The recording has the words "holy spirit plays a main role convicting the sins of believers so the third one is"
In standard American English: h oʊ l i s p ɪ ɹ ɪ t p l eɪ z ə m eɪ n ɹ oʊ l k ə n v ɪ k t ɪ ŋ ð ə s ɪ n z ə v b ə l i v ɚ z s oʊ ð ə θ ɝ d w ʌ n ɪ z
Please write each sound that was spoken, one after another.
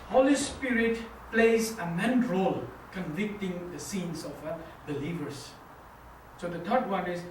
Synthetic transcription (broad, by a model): h oʊ l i s p ɪ ɹ ɪ t p l eɪ z ə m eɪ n ɹ oʊ l k ə n v ɪ k t ɪ ŋ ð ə s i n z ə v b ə l i v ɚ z s oʊ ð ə t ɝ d w ʌ n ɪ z